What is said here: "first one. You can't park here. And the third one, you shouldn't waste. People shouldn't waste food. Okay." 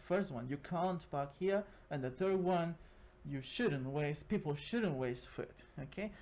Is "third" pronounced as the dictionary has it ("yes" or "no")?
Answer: yes